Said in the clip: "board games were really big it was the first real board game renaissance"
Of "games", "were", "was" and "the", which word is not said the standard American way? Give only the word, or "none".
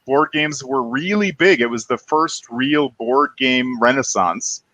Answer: none